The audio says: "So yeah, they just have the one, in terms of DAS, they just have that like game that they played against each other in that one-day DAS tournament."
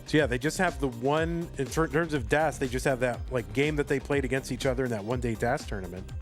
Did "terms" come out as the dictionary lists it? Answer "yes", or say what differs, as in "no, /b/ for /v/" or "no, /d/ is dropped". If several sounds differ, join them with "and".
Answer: yes